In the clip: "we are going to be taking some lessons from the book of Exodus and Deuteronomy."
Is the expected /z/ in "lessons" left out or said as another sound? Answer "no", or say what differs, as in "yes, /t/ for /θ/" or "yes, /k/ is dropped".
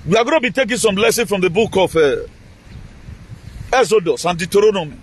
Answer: yes, /z/ is dropped